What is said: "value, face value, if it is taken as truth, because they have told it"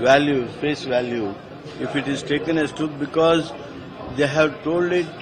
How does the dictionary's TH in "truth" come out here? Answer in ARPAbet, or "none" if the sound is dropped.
T